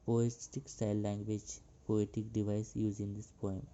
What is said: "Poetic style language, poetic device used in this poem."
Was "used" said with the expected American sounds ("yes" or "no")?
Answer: no